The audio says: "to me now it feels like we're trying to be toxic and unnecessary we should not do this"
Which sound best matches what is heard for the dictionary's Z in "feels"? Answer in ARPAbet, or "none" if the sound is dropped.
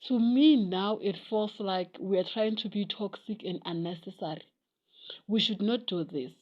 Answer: S